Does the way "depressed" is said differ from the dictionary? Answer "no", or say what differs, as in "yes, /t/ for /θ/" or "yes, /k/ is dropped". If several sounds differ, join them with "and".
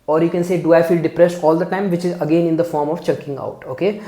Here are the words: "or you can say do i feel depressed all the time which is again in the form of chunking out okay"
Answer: no